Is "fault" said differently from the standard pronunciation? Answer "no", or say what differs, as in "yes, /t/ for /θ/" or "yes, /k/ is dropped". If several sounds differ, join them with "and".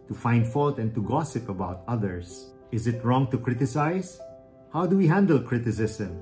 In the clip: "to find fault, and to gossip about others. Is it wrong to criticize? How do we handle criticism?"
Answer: no